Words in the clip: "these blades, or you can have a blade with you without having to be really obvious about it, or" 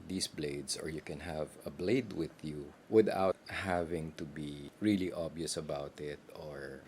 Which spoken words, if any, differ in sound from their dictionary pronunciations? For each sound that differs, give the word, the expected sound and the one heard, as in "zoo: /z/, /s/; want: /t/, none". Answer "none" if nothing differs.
blades: /z/, /s/; obvious: /v/, none